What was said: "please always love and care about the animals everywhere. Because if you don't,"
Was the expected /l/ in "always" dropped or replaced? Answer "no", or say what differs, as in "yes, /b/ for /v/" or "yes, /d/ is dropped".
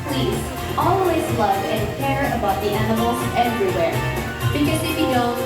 no